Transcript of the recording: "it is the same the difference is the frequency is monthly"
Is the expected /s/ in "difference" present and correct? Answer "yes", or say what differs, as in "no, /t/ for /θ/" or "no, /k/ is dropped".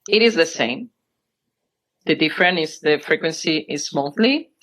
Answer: no, /s/ is dropped